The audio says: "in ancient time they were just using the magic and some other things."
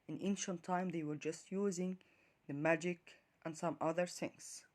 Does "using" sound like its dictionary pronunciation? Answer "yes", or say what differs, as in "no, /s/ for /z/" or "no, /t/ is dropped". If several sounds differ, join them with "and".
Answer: yes